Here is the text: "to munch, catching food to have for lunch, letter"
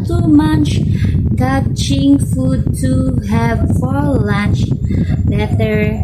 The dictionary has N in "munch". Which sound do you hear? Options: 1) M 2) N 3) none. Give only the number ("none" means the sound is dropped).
2